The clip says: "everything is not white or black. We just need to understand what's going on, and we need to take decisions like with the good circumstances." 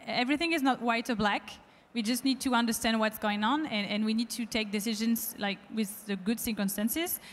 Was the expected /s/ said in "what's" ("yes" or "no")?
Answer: yes